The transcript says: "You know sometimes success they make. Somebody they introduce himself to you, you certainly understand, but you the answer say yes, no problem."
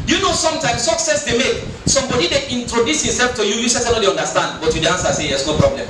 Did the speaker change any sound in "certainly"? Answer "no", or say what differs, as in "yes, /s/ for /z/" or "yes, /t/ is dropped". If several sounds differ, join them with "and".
yes, /s/ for /t/